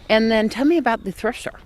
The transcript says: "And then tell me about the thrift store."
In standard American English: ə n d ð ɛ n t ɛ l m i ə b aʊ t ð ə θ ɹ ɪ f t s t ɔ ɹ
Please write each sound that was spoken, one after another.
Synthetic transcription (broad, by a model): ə n ð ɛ n t ɛ l m i ə b aʊ t ð ə θ ɹ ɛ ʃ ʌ ɹ